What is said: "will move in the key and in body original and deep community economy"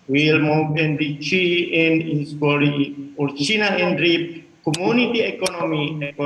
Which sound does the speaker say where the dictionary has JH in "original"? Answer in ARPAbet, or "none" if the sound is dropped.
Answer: CH